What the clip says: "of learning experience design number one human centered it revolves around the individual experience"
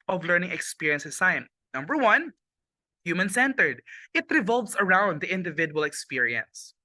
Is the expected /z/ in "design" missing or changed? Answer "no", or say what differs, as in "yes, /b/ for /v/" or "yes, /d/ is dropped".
yes, /s/ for /z/